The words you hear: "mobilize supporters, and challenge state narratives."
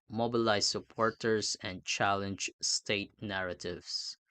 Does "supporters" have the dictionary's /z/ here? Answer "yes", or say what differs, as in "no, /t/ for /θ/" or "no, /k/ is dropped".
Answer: no, /s/ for /z/